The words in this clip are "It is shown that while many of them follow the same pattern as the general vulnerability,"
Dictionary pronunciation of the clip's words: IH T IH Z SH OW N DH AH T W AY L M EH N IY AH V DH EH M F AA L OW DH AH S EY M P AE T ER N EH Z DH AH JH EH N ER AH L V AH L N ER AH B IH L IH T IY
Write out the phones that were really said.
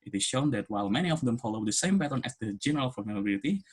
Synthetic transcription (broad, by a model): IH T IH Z SH OW N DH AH T W AY L M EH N IY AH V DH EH M F AA L OW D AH S EY M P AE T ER N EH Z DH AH JH EH N ER AH L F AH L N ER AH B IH L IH T IY